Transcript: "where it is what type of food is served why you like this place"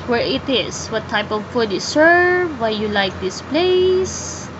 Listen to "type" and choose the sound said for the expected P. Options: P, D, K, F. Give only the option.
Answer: P